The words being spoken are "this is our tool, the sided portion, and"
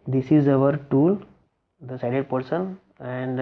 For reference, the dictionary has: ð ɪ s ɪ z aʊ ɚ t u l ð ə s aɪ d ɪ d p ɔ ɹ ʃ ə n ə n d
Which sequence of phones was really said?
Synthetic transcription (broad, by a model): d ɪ s ɪ z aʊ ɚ t u l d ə s aɪ d ɪ d p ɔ ɹ s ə n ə n d